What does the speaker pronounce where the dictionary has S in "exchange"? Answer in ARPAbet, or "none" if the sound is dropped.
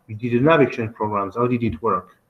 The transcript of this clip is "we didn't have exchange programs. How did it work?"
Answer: none